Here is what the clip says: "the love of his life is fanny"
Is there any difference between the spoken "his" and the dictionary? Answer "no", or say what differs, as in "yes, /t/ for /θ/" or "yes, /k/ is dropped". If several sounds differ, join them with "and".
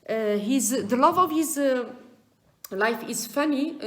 no